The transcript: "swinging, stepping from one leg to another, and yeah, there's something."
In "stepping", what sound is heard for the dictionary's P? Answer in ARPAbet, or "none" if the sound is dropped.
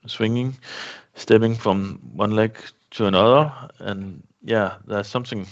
B